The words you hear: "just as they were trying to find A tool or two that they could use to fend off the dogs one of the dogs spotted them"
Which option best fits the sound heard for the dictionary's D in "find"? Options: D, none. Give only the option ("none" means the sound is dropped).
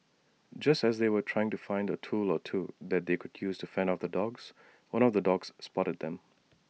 D